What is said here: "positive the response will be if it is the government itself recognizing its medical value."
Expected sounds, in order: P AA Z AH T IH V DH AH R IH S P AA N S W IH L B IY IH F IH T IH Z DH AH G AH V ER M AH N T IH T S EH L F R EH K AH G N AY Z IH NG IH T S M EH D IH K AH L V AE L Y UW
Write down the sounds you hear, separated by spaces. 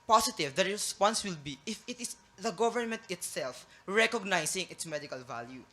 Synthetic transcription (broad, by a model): P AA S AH T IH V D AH R IH S P AA N S W IH L B IY IH F IH T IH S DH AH G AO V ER M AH N T IH T S EH L F R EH K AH G N AY S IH NG IH T S M EH D IH K AH L V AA L Y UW